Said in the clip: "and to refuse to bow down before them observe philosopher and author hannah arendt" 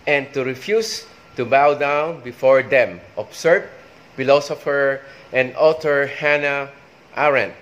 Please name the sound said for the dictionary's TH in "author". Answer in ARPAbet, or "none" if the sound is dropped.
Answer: T